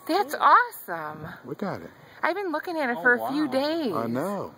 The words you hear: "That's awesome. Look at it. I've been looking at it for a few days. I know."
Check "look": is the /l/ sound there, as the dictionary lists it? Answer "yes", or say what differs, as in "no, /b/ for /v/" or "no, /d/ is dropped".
no, /w/ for /l/